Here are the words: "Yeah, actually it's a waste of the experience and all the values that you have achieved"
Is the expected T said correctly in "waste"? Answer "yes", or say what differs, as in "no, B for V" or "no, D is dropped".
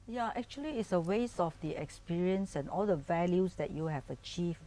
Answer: no, T is dropped